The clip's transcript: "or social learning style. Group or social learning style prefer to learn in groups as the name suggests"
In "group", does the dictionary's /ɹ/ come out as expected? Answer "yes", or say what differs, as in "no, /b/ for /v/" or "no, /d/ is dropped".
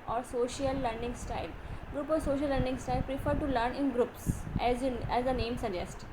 yes